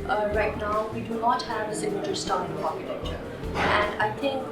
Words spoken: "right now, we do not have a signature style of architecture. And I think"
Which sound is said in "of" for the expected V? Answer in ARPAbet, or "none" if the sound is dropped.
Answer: P